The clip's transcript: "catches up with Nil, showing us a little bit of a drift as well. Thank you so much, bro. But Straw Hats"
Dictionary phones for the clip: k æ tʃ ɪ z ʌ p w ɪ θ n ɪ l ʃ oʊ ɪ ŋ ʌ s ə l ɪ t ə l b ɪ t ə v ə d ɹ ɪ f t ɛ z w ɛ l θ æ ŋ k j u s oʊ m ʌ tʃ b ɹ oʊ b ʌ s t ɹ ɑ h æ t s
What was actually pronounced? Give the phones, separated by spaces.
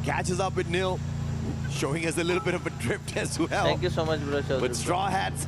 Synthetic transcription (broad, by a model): k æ tʃ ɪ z ʌ p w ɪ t n ɪ l ʃ oʊ ɪ ŋ ʌ s ə l ɪ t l b ɪ t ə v ə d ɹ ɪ p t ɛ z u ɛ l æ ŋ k j u s oʊ m ʌ tʃ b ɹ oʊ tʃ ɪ s t ɹ ɑ h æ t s